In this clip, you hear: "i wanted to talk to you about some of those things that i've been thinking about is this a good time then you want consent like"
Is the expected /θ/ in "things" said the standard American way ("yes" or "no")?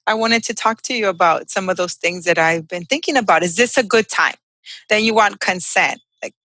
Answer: yes